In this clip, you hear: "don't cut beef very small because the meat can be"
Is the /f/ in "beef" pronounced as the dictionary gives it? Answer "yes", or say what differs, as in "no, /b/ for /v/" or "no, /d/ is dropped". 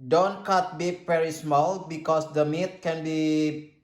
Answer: no, /p/ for /f/